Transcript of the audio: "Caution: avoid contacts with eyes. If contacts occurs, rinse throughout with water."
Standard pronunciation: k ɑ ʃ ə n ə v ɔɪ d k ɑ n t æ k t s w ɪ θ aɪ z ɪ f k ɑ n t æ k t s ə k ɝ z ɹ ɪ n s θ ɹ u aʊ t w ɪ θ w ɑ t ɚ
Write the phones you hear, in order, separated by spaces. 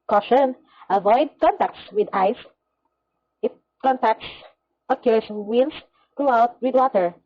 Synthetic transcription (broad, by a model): k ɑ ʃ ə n ə v ɔɪ d k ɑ n t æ k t s w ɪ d aɪ s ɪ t k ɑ n t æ k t s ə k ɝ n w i l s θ ɹ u aʊ t w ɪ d w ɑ t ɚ